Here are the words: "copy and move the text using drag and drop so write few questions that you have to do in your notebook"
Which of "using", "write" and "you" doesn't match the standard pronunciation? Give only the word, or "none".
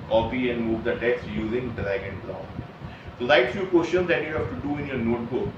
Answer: write